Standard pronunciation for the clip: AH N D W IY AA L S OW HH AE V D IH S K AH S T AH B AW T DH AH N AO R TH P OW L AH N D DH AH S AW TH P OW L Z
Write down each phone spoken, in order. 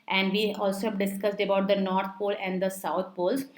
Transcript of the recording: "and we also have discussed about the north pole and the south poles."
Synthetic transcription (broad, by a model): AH N D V IY AA L S OW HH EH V D IH S K AH S T AH B AW T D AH N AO R T P OW L AH N D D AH S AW T P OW L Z